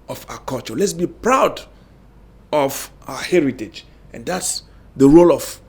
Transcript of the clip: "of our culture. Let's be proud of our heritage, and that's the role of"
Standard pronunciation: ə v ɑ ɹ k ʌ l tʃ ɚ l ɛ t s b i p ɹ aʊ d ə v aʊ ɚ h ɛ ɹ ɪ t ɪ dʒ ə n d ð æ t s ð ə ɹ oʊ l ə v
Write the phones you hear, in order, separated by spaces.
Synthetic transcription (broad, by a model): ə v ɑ k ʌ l tʃ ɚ l ɛ t s b i p ɹ aʊ d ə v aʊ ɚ h ɛ ɹ ɪ t ɪ dʒ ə n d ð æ t s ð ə ɹ oʊ l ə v